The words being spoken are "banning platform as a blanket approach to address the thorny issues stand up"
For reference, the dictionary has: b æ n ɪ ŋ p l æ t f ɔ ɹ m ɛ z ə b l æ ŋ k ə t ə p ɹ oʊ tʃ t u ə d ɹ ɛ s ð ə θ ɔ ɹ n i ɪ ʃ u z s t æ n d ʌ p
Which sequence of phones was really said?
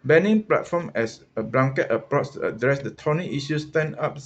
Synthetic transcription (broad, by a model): b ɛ n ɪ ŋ p l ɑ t f ɔ m ɛ s ə b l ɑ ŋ k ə t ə p ɹ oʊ s t u ə d ɹ ɛ s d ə t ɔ n i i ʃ u s t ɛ n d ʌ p